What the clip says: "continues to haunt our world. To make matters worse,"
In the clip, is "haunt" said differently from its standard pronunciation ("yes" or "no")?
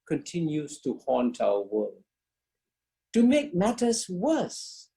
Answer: no